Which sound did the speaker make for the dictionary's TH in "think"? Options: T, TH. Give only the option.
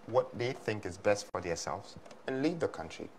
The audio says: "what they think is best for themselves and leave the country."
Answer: TH